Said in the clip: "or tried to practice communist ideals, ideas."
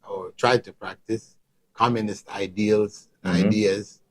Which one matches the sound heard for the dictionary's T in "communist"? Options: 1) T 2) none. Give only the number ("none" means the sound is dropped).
1